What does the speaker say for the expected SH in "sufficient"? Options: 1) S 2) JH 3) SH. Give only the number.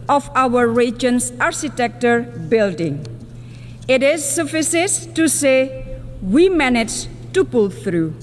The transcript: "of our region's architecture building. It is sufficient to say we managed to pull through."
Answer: 1